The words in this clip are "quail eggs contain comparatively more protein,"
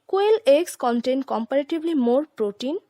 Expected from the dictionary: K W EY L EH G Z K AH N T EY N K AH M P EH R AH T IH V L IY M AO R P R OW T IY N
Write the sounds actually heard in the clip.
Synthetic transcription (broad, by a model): K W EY L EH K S K AH N T EY N K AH M P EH R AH T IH B L IY M AO R P R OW T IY N